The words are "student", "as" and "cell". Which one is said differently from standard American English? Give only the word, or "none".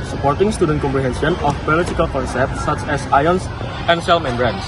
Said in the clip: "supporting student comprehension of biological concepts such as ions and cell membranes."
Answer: as